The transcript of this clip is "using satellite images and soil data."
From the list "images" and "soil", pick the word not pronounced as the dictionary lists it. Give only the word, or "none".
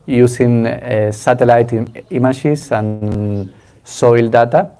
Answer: images